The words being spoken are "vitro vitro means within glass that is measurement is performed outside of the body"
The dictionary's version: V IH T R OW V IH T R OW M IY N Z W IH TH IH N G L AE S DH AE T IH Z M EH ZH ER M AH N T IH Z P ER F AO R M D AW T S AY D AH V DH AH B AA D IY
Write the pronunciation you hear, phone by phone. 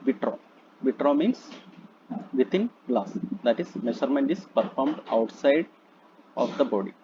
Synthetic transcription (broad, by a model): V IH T R OW V IH T R OW M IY N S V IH T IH N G L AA S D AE T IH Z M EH SH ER M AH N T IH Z P ER F AO R M D AW T S AY D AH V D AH B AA D IY